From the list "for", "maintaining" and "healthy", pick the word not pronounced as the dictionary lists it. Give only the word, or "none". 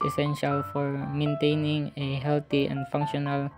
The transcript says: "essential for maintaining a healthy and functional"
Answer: healthy